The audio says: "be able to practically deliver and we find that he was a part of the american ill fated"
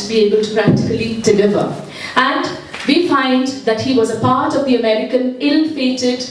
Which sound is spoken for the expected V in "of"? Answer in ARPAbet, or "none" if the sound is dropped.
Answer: V